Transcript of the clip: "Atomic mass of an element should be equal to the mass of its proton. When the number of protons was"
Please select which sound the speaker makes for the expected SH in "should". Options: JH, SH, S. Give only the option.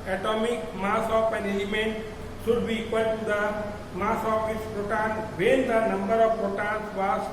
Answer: S